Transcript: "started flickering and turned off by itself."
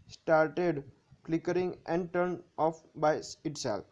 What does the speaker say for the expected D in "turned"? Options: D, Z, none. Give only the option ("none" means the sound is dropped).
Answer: none